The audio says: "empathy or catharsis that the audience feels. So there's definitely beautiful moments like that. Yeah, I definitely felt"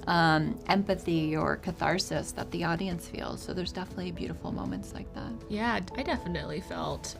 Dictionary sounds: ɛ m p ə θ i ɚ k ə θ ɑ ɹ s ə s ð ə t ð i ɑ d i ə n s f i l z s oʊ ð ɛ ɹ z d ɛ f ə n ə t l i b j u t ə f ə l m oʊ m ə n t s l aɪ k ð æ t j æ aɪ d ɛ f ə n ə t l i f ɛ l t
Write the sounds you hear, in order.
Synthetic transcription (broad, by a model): ɛ m p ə θ i ɚ k ə θ ɑ ɹ s ə s ð ə t ð i ɑ d i ə n s f i l z s oʊ ð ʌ ɹ z d ɛ f ə n ə t l i b j u t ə f l m oʊ m ə n t s l aɪ k ð æ t j æ aɪ d ɛ f ə n ə t l i f ɛ l t